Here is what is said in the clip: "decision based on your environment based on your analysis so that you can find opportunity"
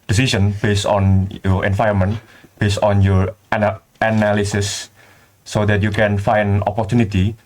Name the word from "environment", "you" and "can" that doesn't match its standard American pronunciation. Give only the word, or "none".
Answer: environment